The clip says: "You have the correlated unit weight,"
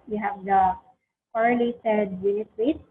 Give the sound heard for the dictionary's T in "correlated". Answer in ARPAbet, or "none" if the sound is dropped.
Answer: S